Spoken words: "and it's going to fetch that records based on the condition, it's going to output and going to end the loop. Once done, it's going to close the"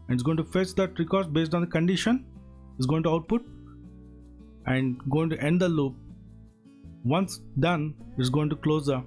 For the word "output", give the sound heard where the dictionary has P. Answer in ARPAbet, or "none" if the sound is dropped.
P